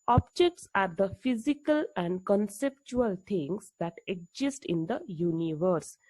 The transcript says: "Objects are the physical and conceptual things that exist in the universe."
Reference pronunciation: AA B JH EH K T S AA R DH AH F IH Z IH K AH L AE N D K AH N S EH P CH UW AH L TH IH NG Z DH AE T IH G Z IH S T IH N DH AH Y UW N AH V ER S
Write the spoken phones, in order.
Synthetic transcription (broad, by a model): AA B JH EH K T S AA R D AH F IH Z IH K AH L AE N D K AH N S EH P CH UW AH L T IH NG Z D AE T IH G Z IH S T IH N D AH Y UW N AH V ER S